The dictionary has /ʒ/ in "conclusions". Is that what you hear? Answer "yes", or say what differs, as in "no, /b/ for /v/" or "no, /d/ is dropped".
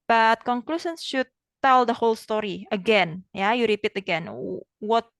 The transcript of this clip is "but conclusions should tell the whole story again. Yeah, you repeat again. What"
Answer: no, /s/ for /ʒ/